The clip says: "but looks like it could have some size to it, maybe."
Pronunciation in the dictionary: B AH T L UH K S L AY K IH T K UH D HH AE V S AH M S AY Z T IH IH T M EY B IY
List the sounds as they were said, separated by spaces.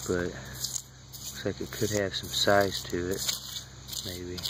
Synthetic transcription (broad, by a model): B AH T W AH S L AY K IH T K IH D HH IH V S AH M S AY Z T IH IH T M EY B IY